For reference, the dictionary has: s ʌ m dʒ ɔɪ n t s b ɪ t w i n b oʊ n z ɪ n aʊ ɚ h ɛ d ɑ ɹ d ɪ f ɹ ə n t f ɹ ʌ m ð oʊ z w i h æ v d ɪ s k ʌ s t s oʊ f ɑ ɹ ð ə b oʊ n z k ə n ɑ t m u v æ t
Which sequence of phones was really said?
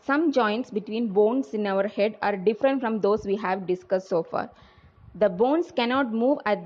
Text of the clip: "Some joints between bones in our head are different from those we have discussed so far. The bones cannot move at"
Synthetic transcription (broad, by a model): s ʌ m dʒ ɔɪ n t s b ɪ t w i n b oʊ n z ɪ n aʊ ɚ h ɛ d ɑ ɹ d ɪ f ɹ ə n t f ɹ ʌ m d oʊ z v i h æ v d ɪ s k ʌ s t s oʊ f ɑ ɹ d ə b oʊ n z k ə n ɑ t m u v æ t